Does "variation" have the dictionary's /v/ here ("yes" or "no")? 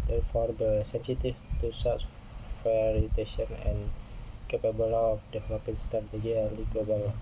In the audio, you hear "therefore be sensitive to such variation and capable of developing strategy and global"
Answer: no